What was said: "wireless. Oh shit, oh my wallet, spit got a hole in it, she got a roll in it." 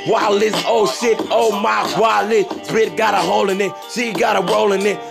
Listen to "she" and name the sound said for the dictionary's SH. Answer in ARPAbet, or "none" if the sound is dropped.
S